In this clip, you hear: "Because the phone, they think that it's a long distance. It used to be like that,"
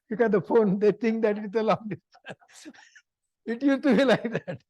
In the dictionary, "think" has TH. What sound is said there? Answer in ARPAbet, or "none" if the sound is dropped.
T